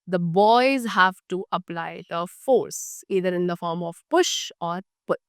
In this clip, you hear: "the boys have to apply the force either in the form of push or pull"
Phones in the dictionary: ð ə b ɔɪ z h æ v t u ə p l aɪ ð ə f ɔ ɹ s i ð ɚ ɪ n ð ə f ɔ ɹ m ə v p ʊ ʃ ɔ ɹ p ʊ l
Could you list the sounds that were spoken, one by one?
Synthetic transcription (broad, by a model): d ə b ɔɪ z h æ v t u ə p l aɪ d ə f ɔ ɹ s i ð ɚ ɪ n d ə f ɔ ɹ m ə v p ʊ ʃ ɔ ɹ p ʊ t